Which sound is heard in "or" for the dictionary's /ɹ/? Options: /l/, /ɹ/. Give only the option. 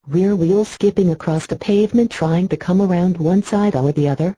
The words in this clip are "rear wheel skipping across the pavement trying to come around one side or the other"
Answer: /l/